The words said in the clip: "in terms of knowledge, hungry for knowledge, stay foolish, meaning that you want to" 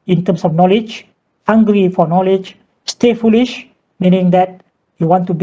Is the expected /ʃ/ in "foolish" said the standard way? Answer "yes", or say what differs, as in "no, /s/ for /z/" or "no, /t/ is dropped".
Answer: yes